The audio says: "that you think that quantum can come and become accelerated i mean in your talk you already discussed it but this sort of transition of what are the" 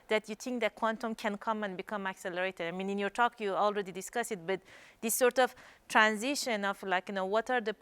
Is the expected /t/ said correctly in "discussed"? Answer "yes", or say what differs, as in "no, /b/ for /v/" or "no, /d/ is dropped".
no, /t/ is dropped